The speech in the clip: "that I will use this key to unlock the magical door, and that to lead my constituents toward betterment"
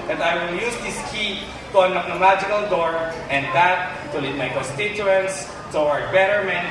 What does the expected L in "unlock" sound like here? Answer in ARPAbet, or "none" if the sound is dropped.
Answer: none